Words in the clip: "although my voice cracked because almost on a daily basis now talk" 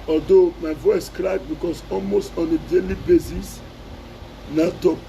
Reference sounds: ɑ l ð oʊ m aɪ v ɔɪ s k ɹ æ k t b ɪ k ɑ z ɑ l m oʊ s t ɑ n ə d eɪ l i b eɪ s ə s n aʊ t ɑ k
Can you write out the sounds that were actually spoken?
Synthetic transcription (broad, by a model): ɑ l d oʊ m aɪ v ɔɪ s k ɹ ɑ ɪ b b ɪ k ɑ s ɑ l m oʊ s t ɑ n ə d eɪ l i b eɪ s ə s n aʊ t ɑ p